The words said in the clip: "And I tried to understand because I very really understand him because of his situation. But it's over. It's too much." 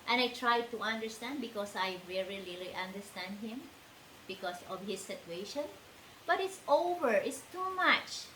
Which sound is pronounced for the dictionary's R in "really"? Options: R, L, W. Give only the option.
L